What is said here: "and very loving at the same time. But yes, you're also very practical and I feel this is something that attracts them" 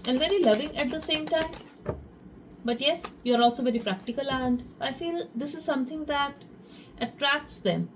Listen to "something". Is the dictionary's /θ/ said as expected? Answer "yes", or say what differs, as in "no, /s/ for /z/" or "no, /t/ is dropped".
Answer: no, /t/ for /θ/